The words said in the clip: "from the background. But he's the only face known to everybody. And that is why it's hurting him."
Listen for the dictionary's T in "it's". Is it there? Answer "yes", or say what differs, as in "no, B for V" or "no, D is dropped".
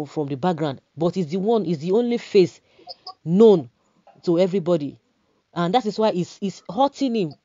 no, S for T